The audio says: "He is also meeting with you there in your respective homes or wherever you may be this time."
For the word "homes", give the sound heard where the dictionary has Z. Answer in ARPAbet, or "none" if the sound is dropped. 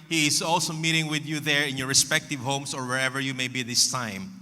S